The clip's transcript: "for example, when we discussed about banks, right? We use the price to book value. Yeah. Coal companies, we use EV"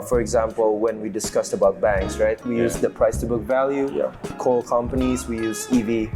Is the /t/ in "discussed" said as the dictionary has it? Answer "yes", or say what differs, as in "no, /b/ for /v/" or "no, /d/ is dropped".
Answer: yes